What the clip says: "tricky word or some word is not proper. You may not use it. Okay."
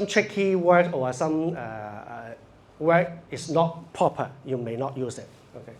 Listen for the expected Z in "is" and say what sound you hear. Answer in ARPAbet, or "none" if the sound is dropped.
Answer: S